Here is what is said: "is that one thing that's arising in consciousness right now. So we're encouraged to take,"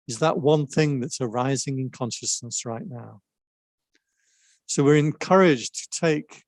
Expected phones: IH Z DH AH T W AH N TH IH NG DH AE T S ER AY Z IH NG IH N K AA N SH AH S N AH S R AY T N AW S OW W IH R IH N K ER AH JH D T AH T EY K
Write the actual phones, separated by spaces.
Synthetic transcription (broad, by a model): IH Z DH AH T W AH N TH IH NG DH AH T S ER AY Z IH NG IH N K AA N SH AH S N AH S R AY T N AW S OW W IH R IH N K ER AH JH T AH T EY K